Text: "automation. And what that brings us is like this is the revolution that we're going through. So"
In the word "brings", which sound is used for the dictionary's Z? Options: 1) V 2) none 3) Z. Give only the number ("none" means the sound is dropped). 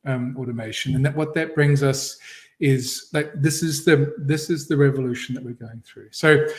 3